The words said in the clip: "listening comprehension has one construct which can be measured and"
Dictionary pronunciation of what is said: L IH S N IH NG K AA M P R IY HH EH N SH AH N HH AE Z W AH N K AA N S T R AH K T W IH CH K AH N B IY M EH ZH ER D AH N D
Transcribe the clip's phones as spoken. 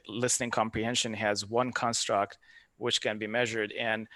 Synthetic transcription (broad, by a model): L IH S N IH NG K AA M P R IY HH EH N SH AH N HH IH Z W AH N K AA N S T R AH K T W IH CH K AH N B IY M EH ZH ER D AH N